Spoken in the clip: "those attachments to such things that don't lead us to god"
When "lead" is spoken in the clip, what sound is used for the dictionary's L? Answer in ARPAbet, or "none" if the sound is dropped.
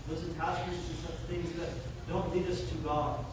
L